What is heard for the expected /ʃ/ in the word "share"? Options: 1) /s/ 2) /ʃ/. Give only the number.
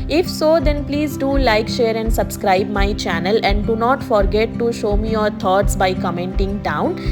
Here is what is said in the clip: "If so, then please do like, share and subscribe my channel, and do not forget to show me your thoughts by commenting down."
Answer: 2